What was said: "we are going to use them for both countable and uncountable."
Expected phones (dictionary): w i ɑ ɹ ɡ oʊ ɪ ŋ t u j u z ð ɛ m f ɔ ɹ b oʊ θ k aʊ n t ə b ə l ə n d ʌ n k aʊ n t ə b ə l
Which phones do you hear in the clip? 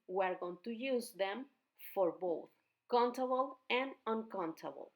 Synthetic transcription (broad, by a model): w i ɑ ɹ ɡ oʊ ɪ ŋ t u j u z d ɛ m f ɔ ɹ b oʊ t k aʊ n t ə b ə l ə n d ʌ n k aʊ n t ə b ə l